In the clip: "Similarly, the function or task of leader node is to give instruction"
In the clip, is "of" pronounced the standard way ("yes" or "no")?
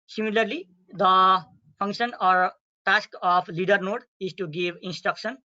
no